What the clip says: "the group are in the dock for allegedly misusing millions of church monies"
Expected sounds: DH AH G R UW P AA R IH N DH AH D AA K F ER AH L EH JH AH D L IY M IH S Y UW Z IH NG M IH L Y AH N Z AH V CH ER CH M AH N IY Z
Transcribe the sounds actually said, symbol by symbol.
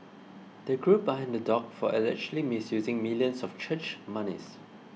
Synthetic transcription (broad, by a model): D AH G R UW B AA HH IH N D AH D AA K F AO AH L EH CH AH L IY M IH S Y UW Z IH NG M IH L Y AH N S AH F CH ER CH M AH N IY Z